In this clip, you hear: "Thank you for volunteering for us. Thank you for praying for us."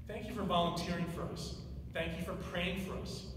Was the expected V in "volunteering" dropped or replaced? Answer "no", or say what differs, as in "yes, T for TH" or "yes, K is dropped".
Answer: no